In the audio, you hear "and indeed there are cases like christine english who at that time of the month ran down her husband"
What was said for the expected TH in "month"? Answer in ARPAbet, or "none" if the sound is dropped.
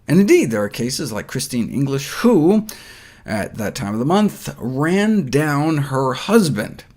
TH